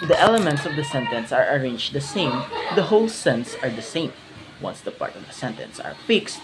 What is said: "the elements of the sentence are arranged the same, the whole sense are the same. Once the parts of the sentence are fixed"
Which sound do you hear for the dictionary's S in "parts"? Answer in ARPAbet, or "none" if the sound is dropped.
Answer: none